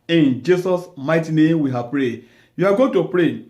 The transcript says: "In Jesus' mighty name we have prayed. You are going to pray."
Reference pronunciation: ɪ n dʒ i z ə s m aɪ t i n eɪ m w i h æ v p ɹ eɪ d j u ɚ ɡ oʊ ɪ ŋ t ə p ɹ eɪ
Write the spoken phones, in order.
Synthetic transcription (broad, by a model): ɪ n dʒ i s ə s m aɪ t i n eɪ m w i h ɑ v p ɹ eɪ d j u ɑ ɡ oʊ t ə p ɹ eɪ